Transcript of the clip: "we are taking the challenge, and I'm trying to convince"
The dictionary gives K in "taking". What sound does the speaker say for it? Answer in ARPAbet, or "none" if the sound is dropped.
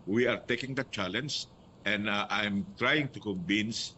K